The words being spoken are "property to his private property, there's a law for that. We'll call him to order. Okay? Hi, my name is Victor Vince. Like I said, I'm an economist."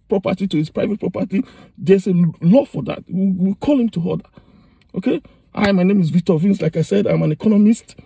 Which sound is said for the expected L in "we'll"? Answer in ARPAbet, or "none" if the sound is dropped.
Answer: W